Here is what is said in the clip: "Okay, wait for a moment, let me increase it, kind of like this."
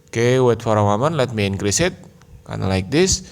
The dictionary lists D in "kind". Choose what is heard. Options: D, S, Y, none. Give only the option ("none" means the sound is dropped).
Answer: none